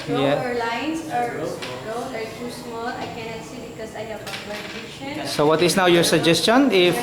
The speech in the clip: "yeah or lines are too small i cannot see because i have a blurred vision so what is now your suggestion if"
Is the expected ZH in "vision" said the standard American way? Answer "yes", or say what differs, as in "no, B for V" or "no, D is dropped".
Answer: no, SH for ZH